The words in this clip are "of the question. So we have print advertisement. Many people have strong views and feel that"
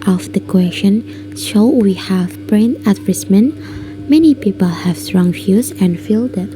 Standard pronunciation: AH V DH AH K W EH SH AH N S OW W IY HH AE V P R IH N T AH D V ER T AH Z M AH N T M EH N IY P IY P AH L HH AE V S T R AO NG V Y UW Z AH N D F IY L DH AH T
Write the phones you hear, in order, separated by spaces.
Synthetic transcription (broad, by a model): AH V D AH K W EH SH AH N SH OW W IY HH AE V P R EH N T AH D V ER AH S M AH N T M EH N IY P IY P AH L HH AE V S T R AO NG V Y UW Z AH N F IY L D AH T